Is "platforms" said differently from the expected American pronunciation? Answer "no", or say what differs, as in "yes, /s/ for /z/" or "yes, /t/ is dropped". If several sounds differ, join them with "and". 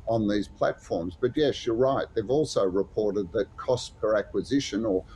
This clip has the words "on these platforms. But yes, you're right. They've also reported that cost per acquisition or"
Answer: no